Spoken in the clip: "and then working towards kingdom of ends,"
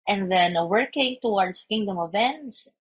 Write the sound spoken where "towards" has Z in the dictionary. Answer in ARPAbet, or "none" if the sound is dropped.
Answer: S